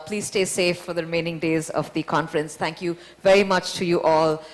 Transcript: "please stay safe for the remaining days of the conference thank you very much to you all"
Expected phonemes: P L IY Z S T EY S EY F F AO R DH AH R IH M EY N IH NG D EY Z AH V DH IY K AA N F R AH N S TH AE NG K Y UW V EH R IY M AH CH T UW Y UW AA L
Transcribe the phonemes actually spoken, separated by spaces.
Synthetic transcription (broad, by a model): P L IY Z S T EY S EY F F AO R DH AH R IH M EY N IH NG D EY Z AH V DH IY K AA N F R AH N S T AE NG K Y UW V EH R IY M AH CH T UW Y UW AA L